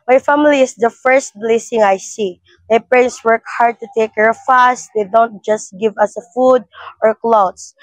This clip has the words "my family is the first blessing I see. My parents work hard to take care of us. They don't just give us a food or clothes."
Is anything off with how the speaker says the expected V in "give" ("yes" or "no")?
no